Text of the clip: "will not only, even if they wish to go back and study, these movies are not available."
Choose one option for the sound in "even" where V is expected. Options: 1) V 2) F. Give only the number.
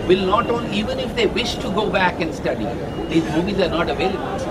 1